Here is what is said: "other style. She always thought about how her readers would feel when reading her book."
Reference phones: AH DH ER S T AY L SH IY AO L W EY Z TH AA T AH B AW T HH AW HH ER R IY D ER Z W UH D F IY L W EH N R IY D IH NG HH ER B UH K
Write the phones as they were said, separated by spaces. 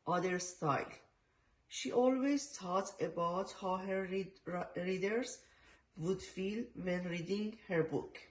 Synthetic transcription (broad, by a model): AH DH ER S T AY L SH IY AO L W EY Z T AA T AH B AW T HH AW HH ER R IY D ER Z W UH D F IY L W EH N R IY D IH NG HH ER B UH K